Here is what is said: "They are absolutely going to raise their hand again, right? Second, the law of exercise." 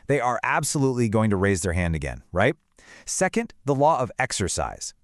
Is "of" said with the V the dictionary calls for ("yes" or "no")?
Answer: yes